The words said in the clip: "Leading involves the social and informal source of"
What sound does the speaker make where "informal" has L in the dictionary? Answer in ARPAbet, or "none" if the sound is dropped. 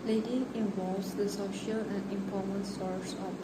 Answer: N